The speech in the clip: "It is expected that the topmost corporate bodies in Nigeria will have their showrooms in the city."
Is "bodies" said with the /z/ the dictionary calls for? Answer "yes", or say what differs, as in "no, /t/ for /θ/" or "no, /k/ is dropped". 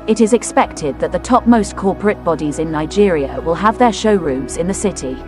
yes